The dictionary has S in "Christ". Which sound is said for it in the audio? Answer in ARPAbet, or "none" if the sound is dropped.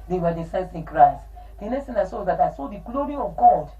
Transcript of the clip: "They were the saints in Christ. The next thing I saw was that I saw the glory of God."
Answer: S